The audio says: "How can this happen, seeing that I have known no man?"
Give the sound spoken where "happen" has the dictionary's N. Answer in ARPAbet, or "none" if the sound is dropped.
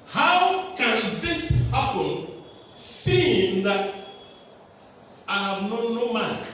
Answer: L